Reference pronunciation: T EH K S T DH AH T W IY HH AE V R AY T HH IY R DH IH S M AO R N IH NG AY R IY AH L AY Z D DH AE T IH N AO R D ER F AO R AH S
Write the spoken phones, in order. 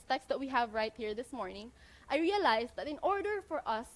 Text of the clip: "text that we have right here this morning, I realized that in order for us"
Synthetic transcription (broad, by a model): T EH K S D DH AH T W IY HH AE V R AY T HH IY R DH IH S M AO R N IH NG AY R IY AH L AY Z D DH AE T IH N AO R D ER F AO R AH S